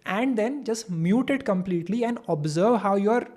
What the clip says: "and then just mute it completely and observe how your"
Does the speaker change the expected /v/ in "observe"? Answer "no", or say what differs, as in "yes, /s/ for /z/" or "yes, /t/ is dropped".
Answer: no